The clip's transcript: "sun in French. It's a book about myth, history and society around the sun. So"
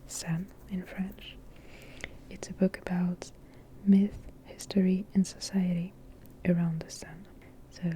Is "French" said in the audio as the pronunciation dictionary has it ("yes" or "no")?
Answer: yes